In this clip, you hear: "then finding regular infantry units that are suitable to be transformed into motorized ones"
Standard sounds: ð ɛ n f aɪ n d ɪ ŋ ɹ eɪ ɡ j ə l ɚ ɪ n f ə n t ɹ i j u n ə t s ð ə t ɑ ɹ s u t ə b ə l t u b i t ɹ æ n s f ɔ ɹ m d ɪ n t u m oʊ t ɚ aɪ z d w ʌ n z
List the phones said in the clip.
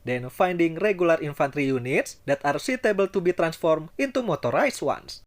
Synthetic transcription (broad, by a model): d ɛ n f aɪ n d ɪ ŋ ɹ eɪ ɡ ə l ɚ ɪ n f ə n t ɹ i j u n ə t s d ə t ɑ ɹ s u t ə b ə l t u b i t ɹ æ n s f ɔ ɹ m ɪ n t u m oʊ t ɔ aɪ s w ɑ n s